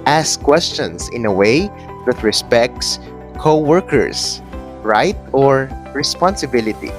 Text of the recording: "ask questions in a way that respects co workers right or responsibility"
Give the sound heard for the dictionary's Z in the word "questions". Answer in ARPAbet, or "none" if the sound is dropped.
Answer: S